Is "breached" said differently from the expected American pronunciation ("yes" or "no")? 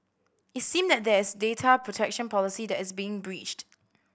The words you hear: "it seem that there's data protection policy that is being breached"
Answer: no